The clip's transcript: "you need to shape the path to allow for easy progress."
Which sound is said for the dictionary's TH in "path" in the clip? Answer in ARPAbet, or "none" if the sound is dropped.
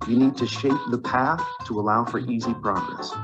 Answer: TH